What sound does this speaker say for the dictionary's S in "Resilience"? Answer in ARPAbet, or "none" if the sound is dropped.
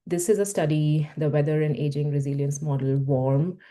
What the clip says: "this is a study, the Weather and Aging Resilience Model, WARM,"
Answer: S